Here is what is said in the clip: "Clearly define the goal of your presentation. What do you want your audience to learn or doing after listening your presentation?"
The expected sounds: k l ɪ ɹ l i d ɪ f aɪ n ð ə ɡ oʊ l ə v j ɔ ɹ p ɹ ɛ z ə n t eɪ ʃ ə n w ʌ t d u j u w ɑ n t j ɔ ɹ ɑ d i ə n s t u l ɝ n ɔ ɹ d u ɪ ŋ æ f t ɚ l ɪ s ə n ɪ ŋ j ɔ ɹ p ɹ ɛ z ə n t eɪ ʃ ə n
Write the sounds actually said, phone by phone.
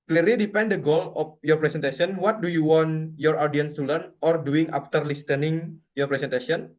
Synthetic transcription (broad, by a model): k l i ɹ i d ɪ p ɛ n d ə ɡ oʊ l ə f j ɔ ɹ p ɹ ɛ s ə n t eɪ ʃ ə n w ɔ t d u j u w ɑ n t j ɔ ɹ ɑ d i ə n s t u l ɝ n ɔ ɹ d u ɪ ŋ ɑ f t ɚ l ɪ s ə n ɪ ŋ j ɔ ɹ p ɹ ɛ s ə n t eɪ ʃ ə n